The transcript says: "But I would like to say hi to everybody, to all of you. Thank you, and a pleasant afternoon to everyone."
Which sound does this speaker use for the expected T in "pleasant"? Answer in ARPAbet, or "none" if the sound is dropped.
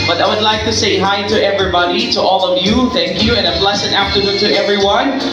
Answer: none